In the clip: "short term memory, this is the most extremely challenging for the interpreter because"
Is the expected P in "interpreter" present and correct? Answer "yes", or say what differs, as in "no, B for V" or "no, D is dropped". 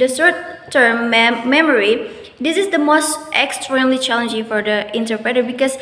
yes